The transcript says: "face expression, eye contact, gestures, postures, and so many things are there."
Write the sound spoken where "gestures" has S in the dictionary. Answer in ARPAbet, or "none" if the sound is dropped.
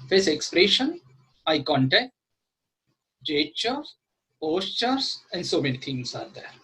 none